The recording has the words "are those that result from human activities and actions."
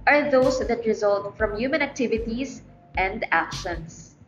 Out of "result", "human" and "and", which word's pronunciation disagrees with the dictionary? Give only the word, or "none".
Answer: none